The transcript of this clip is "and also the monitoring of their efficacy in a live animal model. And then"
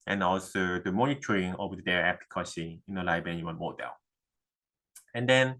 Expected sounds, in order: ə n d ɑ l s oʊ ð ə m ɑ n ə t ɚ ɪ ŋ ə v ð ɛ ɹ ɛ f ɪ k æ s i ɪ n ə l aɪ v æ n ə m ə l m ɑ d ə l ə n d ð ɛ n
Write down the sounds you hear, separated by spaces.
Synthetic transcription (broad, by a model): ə n ɑ l s oʊ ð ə m ɑ n ə t ɚ ɪ ŋ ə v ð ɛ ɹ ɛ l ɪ k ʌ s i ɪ n ə l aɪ b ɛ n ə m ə n m ɑ d ə l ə n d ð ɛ n